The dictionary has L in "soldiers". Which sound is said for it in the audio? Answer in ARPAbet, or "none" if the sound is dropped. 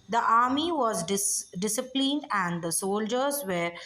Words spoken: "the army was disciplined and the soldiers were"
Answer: L